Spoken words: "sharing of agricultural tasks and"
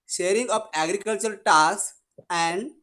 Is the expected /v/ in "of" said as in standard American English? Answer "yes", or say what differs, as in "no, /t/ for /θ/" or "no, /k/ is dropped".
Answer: no, /p/ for /v/